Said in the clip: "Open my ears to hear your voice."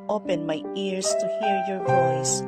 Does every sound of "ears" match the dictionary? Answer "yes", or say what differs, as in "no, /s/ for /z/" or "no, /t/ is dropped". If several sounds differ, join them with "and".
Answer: no, /s/ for /z/